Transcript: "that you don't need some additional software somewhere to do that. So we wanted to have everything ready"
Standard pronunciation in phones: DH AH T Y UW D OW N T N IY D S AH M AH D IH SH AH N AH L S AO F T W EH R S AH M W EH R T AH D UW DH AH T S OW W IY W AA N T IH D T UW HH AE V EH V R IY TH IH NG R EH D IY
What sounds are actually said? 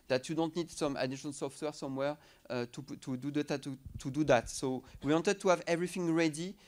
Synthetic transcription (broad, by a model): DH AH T Y UW D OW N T N IY D S AH M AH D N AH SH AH N S AO F T W EH R S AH M W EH R T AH D UW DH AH T S OW W IY W AA N T IH D T UW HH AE V EH V R IY TH IH NG R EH D IY